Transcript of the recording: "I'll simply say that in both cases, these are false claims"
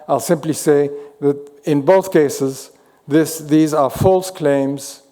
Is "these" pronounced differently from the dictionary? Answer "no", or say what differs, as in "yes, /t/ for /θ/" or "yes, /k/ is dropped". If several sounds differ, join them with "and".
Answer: no